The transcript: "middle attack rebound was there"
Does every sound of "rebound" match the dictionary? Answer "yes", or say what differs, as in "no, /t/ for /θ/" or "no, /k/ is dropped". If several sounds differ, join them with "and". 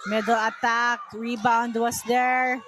yes